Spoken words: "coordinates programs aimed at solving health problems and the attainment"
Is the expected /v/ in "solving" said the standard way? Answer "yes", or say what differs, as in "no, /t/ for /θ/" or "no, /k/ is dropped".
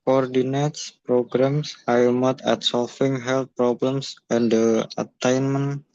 no, /f/ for /v/